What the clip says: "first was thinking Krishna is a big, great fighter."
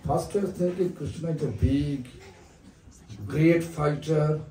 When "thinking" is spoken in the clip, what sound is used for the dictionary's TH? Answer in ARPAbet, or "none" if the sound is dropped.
T